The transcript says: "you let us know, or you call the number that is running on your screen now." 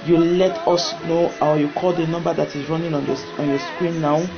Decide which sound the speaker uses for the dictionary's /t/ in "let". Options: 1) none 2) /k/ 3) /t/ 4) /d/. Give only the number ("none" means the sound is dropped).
3